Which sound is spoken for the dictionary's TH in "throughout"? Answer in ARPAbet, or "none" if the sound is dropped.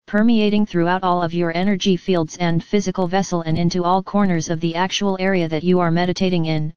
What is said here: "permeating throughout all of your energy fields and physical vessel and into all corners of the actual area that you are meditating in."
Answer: TH